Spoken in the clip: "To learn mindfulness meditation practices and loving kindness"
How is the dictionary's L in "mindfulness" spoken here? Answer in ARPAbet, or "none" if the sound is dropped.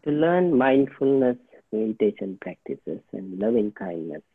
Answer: L